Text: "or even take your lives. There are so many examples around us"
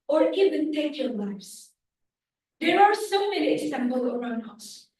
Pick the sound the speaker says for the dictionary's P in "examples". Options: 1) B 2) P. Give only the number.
1